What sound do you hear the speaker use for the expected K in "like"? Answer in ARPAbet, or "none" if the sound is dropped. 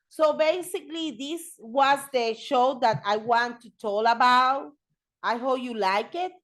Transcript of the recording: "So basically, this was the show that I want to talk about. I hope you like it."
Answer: K